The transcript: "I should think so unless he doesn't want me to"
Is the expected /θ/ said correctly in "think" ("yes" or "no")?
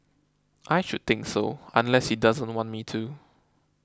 no